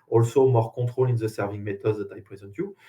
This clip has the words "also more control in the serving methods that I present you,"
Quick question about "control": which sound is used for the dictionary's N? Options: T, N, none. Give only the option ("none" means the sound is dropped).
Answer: none